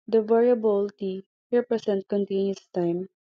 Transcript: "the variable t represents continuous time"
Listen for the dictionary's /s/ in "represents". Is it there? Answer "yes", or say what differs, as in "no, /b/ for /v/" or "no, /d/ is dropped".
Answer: no, /s/ is dropped